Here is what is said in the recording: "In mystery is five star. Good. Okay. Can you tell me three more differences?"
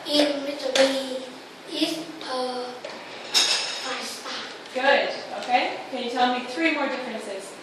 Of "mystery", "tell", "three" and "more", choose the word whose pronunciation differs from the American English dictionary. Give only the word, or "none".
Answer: mystery